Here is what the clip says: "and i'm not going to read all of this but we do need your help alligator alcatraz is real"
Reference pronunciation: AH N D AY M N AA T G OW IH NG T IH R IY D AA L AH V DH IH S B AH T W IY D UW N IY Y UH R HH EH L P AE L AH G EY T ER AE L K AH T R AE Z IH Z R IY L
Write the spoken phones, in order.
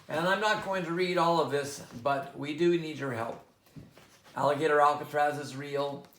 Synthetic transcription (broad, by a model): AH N AY M N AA T G OW IH NG T IH R IY D AA L AH V DH IH S B AH T W IY D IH N IY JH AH R HH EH L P AE L AH G EY T ER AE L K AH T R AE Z IH Z R IY L